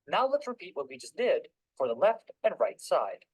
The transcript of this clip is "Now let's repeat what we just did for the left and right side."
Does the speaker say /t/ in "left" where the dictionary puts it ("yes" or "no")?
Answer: yes